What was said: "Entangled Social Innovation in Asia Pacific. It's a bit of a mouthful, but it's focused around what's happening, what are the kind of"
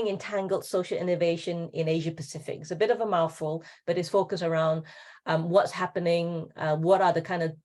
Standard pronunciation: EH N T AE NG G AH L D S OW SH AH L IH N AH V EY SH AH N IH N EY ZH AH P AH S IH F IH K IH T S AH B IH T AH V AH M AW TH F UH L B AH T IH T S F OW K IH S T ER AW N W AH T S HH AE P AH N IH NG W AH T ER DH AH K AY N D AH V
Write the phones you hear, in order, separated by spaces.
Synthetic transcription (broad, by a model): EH N T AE NG G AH L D S OW SH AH L IH N AH V EY SH AH N IH N EY ZH AH P AH S IH F IH K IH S AH B IH T AH V AH M AW F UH L B AH T IH T S F OW K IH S ER AW N W AH T S HH AE P AH N IH NG W AH T ER DH AH K AY N D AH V